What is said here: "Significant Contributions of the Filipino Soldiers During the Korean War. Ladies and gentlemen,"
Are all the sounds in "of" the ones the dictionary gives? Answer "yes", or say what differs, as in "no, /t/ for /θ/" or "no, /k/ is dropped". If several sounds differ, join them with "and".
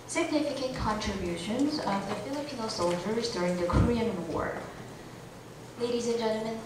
yes